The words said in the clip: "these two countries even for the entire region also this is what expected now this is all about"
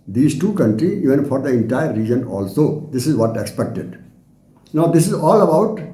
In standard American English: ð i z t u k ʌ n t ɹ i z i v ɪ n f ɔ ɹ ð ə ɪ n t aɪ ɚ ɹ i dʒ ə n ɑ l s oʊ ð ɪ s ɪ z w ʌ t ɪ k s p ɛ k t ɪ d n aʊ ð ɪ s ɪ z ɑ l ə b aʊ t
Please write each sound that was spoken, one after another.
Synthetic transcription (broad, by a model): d i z t u k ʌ n t ɹ i i v ɪ n f ɔ ɹ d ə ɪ n t aɪ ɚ ɹ i dʒ ə n ɑ l s oʊ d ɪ s ɪ z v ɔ t ɪ k s p ɛ k t ɪ d n aʊ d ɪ s ɪ z ɑ l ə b aʊ t